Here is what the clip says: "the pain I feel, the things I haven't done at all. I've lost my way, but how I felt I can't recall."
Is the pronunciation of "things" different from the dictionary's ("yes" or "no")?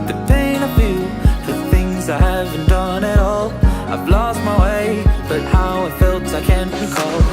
no